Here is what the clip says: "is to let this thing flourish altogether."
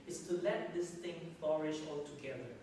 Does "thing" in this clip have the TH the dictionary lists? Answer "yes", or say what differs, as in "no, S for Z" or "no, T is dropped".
no, T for TH